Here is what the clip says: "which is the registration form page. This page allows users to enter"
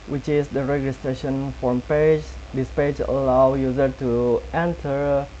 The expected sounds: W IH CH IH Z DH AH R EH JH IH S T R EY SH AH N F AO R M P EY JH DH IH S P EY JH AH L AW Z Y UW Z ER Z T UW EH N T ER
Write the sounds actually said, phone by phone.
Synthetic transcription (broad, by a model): W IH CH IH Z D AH R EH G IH S T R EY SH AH N F AO R M P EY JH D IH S P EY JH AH L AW Y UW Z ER T UW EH N T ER